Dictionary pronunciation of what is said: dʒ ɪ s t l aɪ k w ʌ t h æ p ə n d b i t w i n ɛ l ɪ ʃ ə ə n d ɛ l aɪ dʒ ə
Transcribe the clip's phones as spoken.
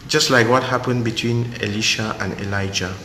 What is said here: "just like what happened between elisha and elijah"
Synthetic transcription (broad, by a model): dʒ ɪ s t l aɪ k w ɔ t h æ p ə n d b i t w i n ɛ l ɪ ʃ ə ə n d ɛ l aɪ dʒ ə